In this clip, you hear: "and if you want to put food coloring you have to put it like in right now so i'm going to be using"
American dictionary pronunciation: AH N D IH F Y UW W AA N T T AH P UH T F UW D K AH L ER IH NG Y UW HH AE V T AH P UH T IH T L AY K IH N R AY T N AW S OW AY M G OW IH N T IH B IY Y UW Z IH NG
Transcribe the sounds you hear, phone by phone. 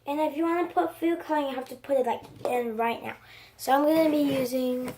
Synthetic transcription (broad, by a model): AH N IH F Y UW W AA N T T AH P UH T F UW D K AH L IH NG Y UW HH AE F T AH P UH T IH T L AY K IH N R AY T N AW S OW AY M G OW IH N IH B IY Y UW Z IH NG